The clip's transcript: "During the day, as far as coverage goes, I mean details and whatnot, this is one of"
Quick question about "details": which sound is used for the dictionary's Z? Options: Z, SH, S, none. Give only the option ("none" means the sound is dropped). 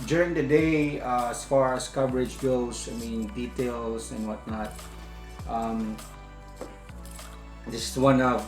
S